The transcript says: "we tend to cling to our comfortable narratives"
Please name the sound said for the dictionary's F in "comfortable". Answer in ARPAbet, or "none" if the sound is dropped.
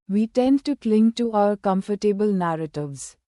F